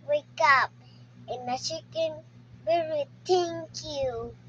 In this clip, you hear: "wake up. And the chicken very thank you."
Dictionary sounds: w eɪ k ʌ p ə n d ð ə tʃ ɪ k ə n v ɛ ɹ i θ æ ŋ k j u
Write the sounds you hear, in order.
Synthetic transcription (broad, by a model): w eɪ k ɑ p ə n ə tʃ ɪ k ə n b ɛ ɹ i t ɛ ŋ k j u